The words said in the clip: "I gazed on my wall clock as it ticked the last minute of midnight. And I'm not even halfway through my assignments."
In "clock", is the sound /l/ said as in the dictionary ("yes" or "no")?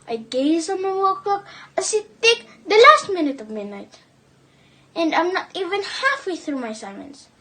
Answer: no